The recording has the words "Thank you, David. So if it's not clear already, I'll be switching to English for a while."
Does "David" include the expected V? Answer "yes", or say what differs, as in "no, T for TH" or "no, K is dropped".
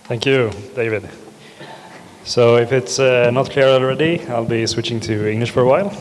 yes